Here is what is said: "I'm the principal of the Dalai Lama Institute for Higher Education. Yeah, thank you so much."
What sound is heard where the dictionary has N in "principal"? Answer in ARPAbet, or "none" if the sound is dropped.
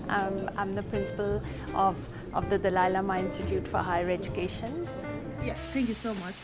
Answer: N